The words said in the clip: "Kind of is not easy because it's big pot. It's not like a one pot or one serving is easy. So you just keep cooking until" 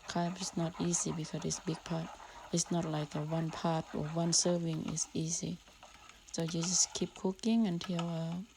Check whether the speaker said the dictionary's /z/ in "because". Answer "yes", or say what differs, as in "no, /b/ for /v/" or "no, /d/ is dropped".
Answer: no, /z/ is dropped